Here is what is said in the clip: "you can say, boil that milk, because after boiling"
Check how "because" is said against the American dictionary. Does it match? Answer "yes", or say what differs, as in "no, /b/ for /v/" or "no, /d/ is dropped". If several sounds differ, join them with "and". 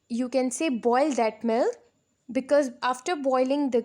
yes